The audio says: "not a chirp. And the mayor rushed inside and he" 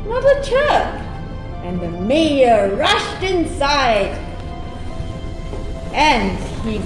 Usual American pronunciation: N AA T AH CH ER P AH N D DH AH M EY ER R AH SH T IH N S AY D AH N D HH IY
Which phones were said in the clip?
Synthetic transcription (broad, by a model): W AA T AH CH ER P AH N DH AH M EY ER R AH SH T IH N S AY D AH N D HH IY